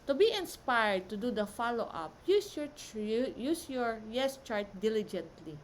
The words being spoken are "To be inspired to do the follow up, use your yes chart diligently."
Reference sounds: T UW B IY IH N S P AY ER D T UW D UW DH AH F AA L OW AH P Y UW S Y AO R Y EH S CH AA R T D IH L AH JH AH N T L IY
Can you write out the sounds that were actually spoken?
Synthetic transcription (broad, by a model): T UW B IY IH N S P AY ER D T UW D UW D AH F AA L OW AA P Y UW S Y AO R Y EH S CH AA R T D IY L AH JH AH N T L IY